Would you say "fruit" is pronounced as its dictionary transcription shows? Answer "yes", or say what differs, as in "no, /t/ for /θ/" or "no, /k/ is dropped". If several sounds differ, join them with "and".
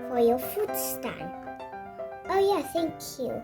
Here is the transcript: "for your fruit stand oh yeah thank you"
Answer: no, /ɹ/ is dropped